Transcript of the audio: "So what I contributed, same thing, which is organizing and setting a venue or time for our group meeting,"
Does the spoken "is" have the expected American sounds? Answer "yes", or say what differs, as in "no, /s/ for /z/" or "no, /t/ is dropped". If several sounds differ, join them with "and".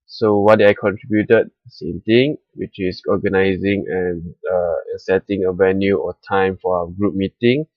no, /s/ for /z/